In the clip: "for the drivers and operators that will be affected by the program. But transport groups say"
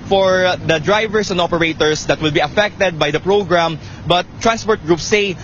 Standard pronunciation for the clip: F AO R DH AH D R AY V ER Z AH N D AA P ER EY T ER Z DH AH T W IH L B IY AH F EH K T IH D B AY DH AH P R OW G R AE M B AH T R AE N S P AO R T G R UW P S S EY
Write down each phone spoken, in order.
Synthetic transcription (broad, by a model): F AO R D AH D R AY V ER S AH N D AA P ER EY T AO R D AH T W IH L B IY AH F EH K T IH D B AY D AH P R OW G R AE M B AH T R AE N S P AO R T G R UW P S S EY